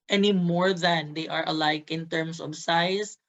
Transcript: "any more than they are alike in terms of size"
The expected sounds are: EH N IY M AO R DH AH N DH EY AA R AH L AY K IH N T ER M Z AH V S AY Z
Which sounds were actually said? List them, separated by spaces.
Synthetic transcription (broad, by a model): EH N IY M AO R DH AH N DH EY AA R AH L AY K IH N T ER M S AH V S AY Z